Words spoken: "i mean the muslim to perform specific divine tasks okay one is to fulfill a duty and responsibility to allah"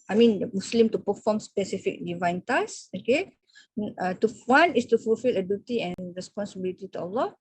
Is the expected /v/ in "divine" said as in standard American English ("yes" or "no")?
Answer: yes